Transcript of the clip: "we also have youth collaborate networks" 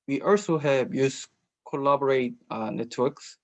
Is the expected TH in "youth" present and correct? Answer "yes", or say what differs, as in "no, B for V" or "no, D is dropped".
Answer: no, S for TH